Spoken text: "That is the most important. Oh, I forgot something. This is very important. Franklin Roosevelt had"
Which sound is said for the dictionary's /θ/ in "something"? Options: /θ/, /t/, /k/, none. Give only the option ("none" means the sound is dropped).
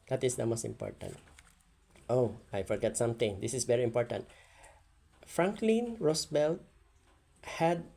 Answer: /t/